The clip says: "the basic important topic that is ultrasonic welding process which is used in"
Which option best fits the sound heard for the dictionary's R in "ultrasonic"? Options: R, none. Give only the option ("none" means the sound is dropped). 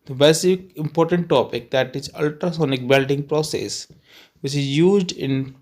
R